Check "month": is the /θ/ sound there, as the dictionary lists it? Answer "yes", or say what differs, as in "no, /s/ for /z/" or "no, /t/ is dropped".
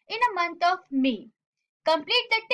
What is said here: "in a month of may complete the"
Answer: no, /t/ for /θ/